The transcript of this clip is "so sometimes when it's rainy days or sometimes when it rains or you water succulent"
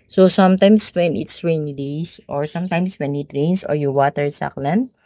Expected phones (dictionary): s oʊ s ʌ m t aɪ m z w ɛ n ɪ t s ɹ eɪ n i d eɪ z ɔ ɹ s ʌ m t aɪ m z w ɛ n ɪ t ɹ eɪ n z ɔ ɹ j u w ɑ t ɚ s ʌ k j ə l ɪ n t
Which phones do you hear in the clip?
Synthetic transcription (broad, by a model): s oʊ s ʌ m t aɪ m s w ɛ n ɪ t s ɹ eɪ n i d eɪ s ɔ ɹ s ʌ m t aɪ m s w ɛ n ɪ t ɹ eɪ n s ɔ ɹ j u w ɑ t ɚ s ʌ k l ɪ n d